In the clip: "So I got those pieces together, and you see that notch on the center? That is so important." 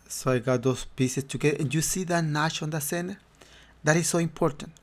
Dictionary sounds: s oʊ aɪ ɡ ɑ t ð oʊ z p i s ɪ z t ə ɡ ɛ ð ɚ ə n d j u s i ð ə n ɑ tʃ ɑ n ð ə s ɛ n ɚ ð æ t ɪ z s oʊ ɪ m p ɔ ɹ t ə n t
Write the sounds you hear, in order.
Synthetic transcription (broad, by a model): s oʊ aɪ ɡ ɑ t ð oʊ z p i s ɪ s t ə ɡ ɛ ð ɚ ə n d j u s i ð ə n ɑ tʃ ɑ n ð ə s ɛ n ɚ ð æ t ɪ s s oʊ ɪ m p ɔ ɹ t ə n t